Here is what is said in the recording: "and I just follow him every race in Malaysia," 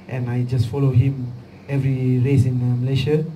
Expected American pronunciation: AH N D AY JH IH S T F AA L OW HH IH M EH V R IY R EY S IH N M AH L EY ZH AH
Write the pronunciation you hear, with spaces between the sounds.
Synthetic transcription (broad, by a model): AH N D AY JH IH S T F AA L OW HH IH M EH V R IY R EY S IH N M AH L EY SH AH